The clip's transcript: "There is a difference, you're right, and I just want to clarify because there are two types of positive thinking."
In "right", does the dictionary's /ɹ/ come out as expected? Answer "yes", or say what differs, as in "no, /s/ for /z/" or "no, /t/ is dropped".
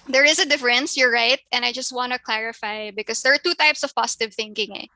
yes